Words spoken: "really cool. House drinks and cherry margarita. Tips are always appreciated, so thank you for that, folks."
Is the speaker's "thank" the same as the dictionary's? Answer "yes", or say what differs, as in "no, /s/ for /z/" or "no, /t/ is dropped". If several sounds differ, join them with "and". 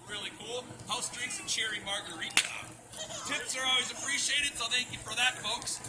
yes